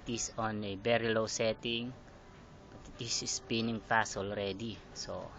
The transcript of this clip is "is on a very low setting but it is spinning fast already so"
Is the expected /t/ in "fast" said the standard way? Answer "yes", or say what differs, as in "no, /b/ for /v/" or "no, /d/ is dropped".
no, /t/ is dropped